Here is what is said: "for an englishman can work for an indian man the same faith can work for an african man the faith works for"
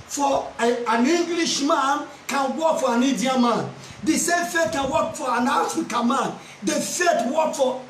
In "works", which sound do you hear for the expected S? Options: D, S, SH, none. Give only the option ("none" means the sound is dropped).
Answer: none